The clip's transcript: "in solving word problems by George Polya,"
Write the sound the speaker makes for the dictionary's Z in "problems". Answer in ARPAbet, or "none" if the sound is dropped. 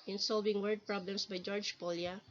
S